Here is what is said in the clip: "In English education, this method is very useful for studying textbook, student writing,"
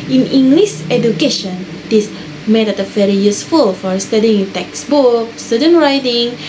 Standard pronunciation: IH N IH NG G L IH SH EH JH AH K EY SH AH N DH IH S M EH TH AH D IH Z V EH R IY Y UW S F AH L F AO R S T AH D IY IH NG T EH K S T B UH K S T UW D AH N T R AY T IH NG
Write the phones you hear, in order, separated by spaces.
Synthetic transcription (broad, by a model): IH N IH NG G L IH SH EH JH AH K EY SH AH N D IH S M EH T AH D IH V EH R IY Y UW S F AH L F AO R S T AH D IY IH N T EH K S B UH K S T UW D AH N R AY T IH NG